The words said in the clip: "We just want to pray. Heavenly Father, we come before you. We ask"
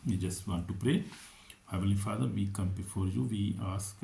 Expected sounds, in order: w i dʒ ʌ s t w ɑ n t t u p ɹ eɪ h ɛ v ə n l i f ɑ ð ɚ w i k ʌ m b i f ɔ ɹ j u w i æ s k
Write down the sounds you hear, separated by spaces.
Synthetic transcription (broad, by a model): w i dʒ ʌ s t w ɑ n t t u p ɹ eɪ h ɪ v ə l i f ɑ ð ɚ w i k ʌ m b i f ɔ ɹ j u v i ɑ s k